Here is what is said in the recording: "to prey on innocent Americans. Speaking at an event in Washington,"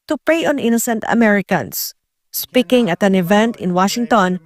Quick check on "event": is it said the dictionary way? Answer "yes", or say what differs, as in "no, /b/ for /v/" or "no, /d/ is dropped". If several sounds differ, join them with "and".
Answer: yes